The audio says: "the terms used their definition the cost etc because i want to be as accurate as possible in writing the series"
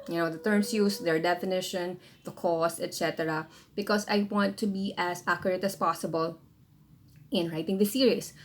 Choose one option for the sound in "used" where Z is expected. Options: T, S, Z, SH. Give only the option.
S